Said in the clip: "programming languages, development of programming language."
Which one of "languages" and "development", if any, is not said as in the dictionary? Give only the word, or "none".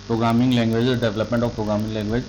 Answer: languages